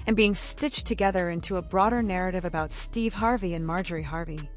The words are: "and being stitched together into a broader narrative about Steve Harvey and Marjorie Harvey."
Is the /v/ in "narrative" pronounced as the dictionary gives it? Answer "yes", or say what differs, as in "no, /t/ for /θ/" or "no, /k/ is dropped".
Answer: yes